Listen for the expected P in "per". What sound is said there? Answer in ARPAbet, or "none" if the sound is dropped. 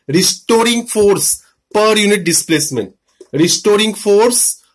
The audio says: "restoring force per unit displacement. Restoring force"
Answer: P